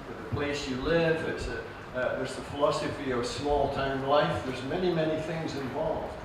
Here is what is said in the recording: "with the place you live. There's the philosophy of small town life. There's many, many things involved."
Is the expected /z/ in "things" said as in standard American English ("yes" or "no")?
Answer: yes